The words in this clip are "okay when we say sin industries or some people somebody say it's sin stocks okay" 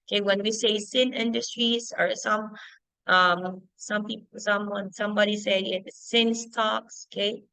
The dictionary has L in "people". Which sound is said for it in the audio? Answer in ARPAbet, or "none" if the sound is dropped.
N